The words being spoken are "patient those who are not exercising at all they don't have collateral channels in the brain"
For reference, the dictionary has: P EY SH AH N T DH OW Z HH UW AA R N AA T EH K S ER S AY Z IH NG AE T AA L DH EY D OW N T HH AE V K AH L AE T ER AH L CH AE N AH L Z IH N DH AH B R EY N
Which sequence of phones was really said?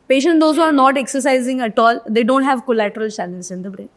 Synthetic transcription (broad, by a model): P EY SH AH N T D OW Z HH UW AA R N AA T EH K S ER S AY Z IH NG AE T AA L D EY D OW N T HH AE V K AH L AE T ER AH L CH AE L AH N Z IH N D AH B R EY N